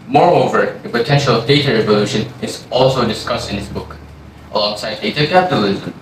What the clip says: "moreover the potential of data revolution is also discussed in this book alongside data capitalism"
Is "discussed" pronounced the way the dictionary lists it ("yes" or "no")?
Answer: yes